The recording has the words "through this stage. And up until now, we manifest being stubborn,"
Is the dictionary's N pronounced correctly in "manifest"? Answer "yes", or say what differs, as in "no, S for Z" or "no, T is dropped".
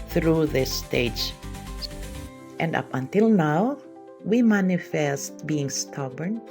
yes